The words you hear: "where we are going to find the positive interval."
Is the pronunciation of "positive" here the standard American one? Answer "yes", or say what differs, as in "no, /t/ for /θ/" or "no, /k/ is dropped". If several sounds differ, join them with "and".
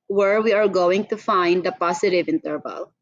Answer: no, /s/ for /z/